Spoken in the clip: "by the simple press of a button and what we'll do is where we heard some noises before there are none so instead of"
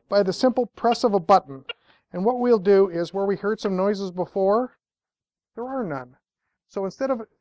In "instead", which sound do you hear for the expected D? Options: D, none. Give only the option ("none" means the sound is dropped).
D